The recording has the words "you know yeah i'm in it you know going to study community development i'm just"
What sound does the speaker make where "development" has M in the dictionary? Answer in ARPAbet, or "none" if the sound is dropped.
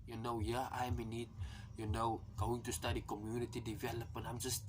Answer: none